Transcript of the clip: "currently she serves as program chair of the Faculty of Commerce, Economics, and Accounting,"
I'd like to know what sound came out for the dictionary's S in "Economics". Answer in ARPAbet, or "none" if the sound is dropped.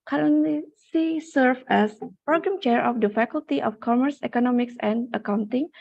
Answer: S